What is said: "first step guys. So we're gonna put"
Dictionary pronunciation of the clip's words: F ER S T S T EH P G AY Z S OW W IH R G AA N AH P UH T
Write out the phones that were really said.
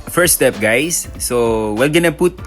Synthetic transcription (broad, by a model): F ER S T S T EH P G AY S OW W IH L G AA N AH P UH T